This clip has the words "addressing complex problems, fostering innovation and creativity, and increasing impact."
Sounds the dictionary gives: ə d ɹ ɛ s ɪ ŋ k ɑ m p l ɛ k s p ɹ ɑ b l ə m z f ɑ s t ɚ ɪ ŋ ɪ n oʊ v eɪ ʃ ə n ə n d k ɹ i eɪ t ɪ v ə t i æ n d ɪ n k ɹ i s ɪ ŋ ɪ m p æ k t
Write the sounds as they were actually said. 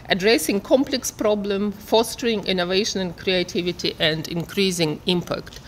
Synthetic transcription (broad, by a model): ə d ɹ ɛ s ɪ ŋ k ɑ m p l ɛ k s p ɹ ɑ b l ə m f ɑ s t ɚ ɪ ŋ ɪ n oʊ v eɪ ʃ ə n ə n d k ɹ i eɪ t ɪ v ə t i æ n d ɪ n k ɹ i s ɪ ŋ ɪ m p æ k t